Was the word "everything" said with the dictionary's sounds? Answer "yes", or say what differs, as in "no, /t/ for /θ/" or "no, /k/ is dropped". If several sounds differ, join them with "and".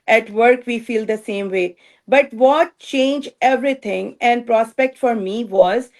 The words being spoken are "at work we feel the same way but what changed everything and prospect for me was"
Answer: no, /t/ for /θ/